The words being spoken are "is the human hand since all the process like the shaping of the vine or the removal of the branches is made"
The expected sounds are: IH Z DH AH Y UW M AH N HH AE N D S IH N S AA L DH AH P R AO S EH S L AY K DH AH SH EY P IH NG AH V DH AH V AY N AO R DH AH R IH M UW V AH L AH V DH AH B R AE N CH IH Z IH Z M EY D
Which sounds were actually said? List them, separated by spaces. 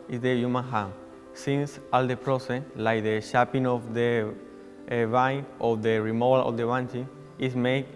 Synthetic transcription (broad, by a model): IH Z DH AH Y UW M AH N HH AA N S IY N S AA L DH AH P R AO S EH S L AY K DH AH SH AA P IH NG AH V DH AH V AY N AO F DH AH R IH M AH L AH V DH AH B AA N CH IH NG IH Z M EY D